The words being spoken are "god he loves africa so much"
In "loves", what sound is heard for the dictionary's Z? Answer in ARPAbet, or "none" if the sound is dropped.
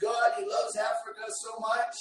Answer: Z